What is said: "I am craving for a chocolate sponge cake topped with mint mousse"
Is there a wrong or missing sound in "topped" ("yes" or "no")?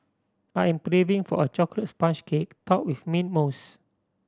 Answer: yes